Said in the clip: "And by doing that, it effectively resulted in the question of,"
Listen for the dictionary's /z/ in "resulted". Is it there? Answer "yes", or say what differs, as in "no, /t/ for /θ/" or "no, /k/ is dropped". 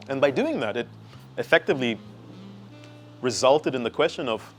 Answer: yes